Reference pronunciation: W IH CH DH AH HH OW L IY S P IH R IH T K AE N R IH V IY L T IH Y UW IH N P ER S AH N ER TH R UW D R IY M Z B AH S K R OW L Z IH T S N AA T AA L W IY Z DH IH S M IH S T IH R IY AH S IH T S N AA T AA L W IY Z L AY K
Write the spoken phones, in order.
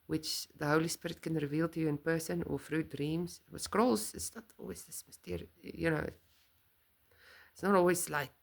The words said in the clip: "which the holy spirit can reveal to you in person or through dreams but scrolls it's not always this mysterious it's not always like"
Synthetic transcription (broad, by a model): W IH CH DH AH HH OW L IY S P IH R IH T K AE N R IH V IY L T IH Y UW IH N P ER S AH N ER F R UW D R IY M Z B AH S K R OW L Z IH T S N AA T AA L W IY Z DH IH S M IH S T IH R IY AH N IH T S N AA T AA L W IY Z L AY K